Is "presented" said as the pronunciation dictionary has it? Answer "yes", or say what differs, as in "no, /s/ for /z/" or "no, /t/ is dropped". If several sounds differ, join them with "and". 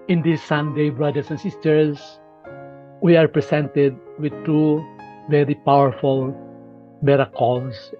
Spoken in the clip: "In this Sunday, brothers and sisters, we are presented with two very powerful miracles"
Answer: no, /s/ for /z/